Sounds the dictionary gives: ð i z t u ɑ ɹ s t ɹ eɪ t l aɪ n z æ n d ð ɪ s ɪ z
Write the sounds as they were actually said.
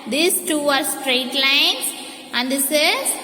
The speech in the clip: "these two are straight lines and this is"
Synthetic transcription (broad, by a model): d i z t u ɑ ɹ s t ɹ eɪ t l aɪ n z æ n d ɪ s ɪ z